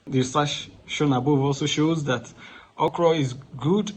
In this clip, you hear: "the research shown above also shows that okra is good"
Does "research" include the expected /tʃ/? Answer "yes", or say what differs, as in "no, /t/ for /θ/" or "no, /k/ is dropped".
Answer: no, /ʃ/ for /tʃ/